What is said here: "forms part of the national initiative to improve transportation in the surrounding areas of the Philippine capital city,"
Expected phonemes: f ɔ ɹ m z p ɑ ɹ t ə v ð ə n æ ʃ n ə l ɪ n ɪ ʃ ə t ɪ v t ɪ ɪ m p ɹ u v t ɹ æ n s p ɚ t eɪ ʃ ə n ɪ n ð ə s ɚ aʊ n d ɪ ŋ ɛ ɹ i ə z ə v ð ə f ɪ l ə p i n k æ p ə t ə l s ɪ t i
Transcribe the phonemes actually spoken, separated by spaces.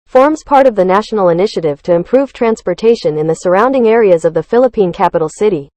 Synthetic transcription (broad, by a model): f ɔ ɹ m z p ɑ ɹ t ə v ð ə n æ ʃ n l ɪ n ɪ ʃ ə t ɪ v t ɪ ɪ m p ɹ u v t ɹ æ n s p ɚ t eɪ ʃ ə n ɪ n ð ə s ɚ aʊ n d ɪ ŋ ɛ ɹ i ə z ə v ð ə f ɪ l ə p i n k æ p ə t l s ɪ t i